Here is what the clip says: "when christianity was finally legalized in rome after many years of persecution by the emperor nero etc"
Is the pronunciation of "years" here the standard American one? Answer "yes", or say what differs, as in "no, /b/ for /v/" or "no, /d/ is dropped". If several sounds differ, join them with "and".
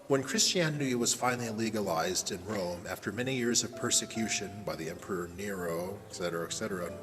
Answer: yes